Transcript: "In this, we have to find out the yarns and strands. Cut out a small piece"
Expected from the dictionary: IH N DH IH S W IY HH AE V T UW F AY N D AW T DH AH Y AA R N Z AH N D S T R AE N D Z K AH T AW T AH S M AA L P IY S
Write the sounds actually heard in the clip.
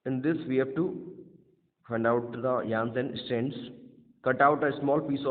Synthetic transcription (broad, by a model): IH N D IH S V IY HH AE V T UW F AY N D AW T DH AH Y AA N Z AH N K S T EH N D S K AH T AW T AH S M AA L P IY S